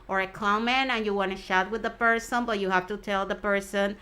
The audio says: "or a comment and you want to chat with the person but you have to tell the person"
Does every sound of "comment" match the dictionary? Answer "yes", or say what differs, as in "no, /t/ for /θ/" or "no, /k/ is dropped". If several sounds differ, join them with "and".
no, /t/ is dropped